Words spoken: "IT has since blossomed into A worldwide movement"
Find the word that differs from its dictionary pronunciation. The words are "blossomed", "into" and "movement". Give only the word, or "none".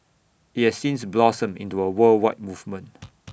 blossomed